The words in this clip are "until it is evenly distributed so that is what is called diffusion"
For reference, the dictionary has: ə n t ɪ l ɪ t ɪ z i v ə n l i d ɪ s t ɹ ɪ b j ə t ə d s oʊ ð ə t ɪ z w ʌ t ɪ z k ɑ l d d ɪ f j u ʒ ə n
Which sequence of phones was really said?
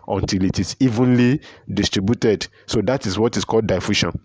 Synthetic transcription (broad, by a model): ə n t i l ɪ t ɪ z i v ə n l i d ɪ s t ɹ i b j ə t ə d s oʊ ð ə t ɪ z w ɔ t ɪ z k ɑ l d d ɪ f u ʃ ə n